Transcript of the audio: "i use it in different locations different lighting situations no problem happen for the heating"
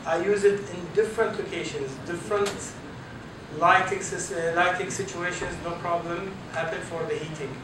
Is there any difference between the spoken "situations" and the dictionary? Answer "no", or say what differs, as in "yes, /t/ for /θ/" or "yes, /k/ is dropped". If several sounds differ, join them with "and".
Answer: no